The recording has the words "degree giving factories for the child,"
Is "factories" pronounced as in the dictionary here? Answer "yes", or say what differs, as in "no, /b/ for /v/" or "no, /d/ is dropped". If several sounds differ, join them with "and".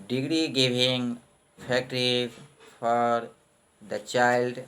no, /z/ is dropped